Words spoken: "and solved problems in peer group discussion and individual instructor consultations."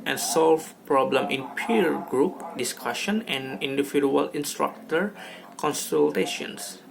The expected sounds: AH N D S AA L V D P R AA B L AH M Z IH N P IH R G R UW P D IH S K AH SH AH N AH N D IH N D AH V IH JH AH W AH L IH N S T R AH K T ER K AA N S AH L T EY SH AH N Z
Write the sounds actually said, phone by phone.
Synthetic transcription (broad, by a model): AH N S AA L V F P R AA B L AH M IH N P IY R G R UW P D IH S K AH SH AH N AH N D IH N D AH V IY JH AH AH L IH N S T R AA K T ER K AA N S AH L T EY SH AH N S